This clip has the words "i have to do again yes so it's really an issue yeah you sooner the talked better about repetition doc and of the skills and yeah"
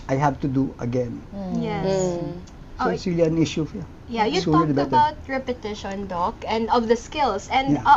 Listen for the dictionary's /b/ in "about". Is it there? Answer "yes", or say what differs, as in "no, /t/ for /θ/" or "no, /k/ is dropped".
no, /b/ is dropped